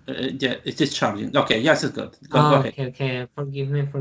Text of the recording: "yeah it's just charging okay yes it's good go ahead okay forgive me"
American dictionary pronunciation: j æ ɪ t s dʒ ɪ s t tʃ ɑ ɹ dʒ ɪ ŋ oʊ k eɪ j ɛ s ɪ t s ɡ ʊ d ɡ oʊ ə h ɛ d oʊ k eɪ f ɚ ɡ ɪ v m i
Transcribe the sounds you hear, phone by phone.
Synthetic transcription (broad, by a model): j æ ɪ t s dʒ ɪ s tʃ ɑ ɹ dʒ ɪ ŋ oʊ k eɪ j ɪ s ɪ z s ɡ ʊ d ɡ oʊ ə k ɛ oʊ k eɪ f ɚ ɡ ɪ v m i